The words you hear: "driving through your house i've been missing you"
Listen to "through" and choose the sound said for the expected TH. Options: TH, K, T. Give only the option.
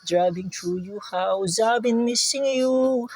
T